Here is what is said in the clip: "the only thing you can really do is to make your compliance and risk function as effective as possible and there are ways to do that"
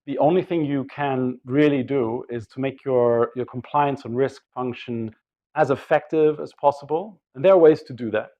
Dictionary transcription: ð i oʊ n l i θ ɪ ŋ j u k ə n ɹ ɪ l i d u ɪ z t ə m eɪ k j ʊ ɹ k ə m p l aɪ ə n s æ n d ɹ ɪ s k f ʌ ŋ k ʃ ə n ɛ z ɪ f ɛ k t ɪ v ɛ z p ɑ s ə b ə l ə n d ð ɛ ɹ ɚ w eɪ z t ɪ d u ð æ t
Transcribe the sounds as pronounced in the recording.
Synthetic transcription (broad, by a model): ð i oʊ n l i θ ɪ ŋ j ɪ k ə n ɹ ɪ l i d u ɪ z t ə m eɪ k j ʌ ɹ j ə m p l aɪ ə n s n ɹ ɪ s k f ʌ ŋ k ʃ ə n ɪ z ɪ f ɛ k t ɪ v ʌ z p ɑ s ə b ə l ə n ð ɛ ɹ ɚ w eɪ z t ɪ d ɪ ð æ t